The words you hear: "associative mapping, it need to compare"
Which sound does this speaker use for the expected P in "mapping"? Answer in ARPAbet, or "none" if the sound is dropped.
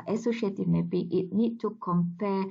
B